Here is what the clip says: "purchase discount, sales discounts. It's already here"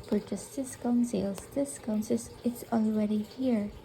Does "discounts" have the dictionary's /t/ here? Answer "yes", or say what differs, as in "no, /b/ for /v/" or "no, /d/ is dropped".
no, /s/ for /t/